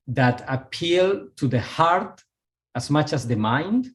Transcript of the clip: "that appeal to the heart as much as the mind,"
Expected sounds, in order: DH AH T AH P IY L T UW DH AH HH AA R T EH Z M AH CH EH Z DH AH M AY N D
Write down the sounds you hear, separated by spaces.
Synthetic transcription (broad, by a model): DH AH T AH P IY L T UW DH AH HH AA R T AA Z M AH CH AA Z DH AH M AY N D